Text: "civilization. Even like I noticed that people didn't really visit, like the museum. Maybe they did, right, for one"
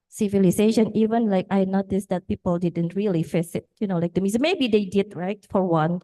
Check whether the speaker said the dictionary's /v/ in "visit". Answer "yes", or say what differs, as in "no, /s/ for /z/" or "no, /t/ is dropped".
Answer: no, /f/ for /v/